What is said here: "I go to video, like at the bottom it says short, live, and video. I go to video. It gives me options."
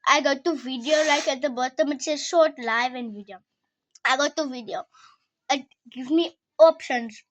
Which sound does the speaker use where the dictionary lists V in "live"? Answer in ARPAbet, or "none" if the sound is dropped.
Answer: V